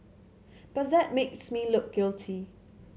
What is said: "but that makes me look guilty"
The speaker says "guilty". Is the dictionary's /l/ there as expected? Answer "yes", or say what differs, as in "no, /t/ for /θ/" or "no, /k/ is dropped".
yes